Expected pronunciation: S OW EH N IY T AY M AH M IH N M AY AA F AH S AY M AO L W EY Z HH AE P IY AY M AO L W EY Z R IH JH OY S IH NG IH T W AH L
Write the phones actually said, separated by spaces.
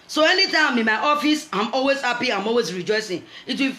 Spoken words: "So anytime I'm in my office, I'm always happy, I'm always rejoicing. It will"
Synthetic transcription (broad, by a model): S OW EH N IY T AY AH M IH N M AY AA F AH S AY M AO L W EY Z HH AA P IY AY M AO L W EY Z R IH JH OY S IH NG IH T W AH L